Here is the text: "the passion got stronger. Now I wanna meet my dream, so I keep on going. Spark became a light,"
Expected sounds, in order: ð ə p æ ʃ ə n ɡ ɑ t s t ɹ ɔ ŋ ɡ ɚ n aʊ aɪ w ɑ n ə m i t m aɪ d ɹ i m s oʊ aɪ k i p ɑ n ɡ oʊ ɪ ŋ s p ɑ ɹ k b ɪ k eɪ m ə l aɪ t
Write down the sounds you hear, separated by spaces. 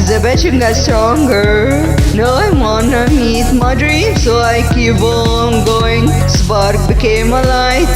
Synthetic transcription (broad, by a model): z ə b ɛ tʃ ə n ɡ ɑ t s t ɹ ɔ ŋ ɡ ɚ n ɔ aɪ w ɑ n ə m i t m aɪ d ɹ i m s oʊ aɪ k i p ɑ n ɡ oʊ ɪ ŋ s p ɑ ɹ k b ɪ k eɪ m ə l aɪ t